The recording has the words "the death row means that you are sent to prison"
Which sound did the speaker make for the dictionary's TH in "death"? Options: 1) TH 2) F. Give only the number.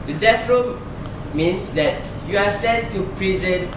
2